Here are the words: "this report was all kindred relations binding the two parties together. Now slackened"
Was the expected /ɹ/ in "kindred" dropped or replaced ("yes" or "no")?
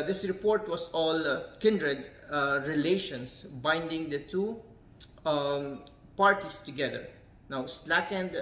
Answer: no